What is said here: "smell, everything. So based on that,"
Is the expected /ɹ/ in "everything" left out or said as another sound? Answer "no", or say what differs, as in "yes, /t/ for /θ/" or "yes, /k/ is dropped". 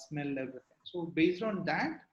yes, /ɹ/ is dropped